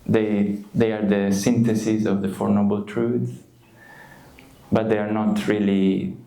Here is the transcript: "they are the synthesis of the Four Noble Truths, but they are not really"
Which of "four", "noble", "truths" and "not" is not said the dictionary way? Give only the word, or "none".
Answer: truths